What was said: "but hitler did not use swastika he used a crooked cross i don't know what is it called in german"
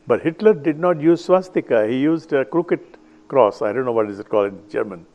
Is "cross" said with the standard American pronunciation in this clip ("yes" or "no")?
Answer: yes